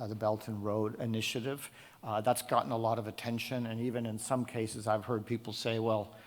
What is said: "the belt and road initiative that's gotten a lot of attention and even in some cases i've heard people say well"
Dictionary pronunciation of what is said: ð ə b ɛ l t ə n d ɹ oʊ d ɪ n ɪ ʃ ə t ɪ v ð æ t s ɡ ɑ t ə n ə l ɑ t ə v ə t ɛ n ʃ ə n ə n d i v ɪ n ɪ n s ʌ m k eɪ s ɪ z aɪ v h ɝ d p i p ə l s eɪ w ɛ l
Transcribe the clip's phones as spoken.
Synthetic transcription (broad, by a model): ð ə b ɛ l t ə n ɹ oʊ d ɪ n ɪ ʃ ə t ɪ v ð æ t s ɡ ɑ t n ə l ɑ t ə v ə t ɛ n ʃ ə n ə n i v ɪ n ɪ n s ʌ m k eɪ s ɪ z aɪ v h ɝ d p i p l s eɪ w ɛ l